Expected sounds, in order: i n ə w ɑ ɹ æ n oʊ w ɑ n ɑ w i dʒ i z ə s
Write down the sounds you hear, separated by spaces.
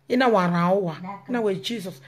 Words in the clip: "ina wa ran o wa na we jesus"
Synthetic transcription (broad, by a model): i n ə w ɑ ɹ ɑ oʊ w ɑ n ɑ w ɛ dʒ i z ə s